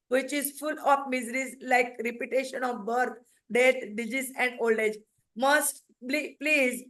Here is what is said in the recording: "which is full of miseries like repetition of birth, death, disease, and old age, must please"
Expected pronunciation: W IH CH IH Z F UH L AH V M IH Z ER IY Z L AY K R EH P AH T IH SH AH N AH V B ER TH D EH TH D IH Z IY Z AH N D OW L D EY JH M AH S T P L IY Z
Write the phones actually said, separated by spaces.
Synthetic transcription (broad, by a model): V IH CH IH Z F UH L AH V M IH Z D IY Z L AY K R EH P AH T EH SH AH N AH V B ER T D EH T D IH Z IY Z AH N D OW L D EY JH M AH S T P L IY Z